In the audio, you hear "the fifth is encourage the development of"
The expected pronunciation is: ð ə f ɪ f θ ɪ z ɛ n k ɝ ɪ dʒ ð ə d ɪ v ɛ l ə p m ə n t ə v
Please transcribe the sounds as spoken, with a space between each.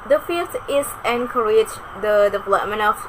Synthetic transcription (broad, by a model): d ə f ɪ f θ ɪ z ɛ n k ɝ ɪ dʒ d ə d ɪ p l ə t m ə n ə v